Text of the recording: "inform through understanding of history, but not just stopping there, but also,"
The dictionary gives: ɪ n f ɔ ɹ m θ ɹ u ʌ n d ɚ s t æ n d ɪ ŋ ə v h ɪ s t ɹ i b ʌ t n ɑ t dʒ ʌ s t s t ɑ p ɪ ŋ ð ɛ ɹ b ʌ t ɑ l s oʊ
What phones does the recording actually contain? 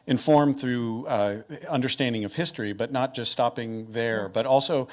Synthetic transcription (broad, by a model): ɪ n f ɔ ɹ m θ ɹ u ʌ n d ɚ s t æ n d ɪ ŋ ə v h ɪ s t ɹ i b ʌ t n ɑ t dʒ ʌ s t s t ɑ p ɪ ŋ ð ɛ ɹ b ʌ t ɑ l s oʊ